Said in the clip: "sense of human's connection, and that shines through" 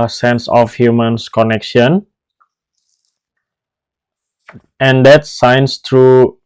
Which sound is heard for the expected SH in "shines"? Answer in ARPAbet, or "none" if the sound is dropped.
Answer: S